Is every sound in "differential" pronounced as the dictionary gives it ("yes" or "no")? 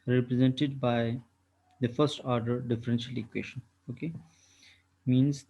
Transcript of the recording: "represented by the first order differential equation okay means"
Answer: yes